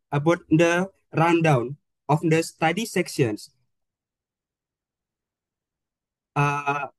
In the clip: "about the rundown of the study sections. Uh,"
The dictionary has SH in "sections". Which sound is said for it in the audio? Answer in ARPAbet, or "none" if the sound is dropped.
S